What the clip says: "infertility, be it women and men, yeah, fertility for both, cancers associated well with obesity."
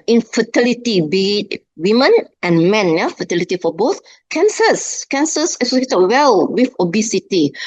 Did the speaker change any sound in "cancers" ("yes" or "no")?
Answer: yes